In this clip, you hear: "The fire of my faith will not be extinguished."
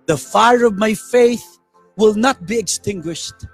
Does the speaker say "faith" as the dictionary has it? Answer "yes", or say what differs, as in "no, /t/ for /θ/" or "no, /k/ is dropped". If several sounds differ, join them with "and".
yes